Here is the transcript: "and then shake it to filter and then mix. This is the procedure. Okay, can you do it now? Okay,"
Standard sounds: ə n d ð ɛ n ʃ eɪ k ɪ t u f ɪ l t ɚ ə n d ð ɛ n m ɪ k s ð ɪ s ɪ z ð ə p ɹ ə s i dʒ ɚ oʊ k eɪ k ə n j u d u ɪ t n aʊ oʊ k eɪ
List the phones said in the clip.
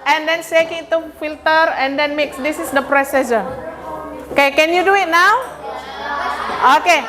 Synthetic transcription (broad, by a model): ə n d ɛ n s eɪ k ɪ t u f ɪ l t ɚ ə n d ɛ n m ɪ k s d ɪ s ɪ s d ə p ɹ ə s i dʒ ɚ oʊ k eɪ k ə n j u d u ɪ t n aʊ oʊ k eɪ